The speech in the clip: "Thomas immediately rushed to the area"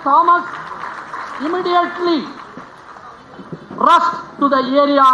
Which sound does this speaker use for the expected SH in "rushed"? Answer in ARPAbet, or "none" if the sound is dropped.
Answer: S